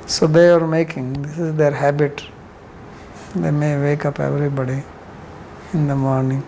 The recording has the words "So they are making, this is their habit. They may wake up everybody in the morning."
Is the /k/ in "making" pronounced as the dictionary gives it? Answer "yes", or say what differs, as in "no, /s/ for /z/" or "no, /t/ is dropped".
yes